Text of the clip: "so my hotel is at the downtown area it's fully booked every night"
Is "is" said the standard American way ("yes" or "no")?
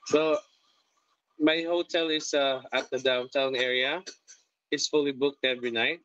no